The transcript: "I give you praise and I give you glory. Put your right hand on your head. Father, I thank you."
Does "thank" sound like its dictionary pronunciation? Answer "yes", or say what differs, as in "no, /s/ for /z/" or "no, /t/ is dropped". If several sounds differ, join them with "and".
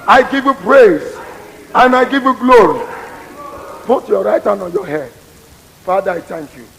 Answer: no, /t/ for /θ/